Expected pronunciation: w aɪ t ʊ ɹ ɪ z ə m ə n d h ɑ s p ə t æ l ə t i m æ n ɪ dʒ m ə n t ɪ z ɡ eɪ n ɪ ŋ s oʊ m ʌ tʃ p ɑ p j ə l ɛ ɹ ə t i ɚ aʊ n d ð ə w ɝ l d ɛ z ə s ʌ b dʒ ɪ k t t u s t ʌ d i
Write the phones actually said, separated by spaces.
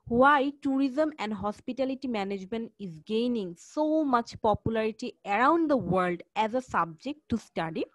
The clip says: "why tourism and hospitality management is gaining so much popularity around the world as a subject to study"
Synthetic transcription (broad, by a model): w aɪ t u ɹ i z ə m ə n d h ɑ s p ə t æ l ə t i m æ n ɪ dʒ m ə n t ɪ z ɡ eɪ n ɪ ŋ s oʊ m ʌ tʃ p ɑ p j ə l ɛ ɹ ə t i ɚ aʊ n d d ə w ɝ l d ɛ z ə s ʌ b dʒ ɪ k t t u s t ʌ d i